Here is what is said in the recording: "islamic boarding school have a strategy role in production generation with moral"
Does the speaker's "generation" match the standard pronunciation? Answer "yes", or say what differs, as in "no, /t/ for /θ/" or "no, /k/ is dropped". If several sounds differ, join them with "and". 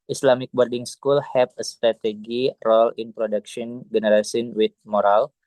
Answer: no, /s/ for /ʃ/